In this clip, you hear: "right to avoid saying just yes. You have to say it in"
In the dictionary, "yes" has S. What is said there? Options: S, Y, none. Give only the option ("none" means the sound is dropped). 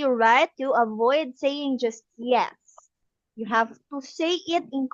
S